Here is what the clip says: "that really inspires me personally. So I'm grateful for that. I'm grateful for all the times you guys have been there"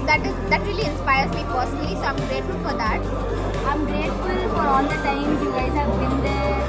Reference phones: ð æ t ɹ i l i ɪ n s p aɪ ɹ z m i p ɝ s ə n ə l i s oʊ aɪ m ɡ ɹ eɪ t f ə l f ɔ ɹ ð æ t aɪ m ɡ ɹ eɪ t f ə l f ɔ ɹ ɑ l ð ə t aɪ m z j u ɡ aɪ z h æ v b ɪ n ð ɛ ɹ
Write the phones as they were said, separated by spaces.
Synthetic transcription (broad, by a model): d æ t ɹ i l i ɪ n s p aɪ ɹ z m i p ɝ s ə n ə l i s oʊ aɪ m ɡ ɹ eɪ t f ə l f ɔ ɹ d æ t aɪ m ɡ ɹ eɪ t f ə l f ɔ ɹ ɑ l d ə t aɪ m j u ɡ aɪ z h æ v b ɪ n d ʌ